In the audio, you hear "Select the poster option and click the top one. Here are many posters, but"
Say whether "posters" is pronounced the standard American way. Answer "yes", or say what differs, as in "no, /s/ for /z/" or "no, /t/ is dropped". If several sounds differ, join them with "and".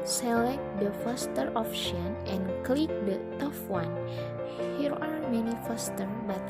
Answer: no, /f/ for /p/ and /z/ is dropped